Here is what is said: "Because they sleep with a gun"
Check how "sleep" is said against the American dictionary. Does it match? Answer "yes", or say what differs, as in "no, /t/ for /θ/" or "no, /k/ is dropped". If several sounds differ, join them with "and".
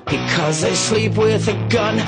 yes